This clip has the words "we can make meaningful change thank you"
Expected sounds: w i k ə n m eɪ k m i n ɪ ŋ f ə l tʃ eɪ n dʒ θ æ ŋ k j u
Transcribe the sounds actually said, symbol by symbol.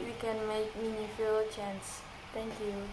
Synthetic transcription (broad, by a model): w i k ə n m eɪ k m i n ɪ f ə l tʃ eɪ n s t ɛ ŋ k j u